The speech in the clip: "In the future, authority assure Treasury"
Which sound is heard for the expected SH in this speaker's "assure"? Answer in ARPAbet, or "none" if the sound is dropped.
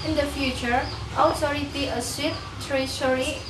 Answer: S